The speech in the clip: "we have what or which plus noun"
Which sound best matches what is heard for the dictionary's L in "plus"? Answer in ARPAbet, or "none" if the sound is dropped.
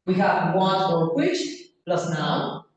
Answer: L